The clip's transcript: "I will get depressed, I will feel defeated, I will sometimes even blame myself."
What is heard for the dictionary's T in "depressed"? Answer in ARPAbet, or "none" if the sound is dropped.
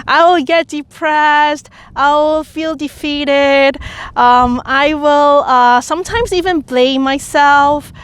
T